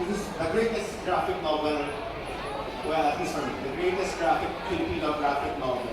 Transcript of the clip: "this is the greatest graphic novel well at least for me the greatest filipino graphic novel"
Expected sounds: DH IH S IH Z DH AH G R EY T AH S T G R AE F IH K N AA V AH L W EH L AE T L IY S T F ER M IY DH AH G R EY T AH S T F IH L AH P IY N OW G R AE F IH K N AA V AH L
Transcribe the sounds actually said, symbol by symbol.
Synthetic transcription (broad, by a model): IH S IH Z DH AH G R EY T AH S T G R AE F IH K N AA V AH L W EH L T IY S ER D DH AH G R EY T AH S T F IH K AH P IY OW G R AE F IH K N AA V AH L